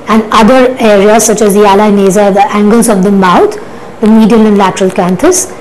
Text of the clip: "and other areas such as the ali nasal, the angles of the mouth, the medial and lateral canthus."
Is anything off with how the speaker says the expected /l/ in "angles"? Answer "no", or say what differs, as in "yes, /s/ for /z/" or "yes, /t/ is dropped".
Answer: no